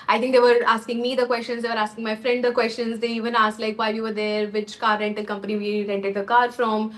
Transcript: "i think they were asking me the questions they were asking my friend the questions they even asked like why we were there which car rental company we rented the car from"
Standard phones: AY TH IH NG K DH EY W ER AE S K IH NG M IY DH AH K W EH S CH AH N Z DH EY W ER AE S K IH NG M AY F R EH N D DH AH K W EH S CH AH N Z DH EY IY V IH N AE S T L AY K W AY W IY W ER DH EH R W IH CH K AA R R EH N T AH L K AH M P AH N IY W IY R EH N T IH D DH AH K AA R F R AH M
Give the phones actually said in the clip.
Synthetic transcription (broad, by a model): AY T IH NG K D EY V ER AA S K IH NG M IY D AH K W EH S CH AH N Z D EY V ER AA S K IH NG M AY F R EH N D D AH K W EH S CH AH N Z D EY IY V IH N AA S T L AY K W AY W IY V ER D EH R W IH CH K AA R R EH N T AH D K AH M P AH N IY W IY R EH N T IH D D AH K AA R F R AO M